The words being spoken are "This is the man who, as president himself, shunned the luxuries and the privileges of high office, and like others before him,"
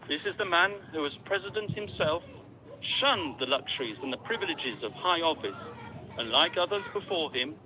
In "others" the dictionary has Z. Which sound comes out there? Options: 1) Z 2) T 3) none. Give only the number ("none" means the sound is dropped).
1